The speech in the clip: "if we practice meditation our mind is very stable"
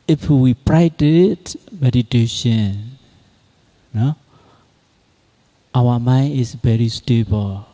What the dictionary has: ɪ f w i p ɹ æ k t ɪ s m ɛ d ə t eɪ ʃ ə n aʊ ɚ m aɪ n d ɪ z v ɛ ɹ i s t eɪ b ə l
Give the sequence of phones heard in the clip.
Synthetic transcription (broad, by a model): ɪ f w i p ɹ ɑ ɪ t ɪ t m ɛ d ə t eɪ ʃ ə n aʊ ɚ m aɪ n ɪ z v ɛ ɹ i s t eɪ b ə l